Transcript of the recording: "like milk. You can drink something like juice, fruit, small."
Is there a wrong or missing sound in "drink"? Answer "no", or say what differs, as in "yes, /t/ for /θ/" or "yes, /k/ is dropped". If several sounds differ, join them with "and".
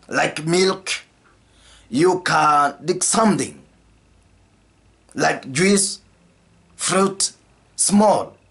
yes, /ɹ/ is dropped and /ŋ/ is dropped